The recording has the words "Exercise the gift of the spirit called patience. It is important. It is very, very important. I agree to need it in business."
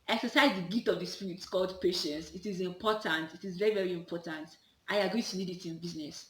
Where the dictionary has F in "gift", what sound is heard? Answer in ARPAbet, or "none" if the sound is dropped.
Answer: none